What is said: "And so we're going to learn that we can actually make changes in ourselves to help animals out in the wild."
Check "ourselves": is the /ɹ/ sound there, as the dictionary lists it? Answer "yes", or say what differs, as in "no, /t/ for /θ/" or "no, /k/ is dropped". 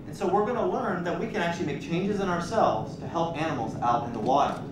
yes